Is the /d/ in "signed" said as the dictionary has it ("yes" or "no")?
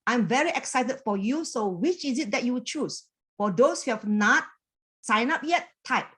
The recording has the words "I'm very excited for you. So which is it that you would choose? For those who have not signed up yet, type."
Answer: no